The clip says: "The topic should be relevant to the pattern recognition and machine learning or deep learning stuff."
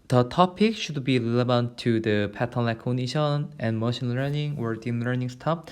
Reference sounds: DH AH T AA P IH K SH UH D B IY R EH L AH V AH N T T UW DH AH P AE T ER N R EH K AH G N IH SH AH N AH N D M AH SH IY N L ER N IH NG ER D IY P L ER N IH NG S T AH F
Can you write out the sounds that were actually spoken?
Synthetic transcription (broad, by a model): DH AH T AA P IH K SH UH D B IY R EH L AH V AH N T T UW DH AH P AE T ER N L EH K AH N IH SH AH N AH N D M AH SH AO N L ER N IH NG ER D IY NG L ER N IH NG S T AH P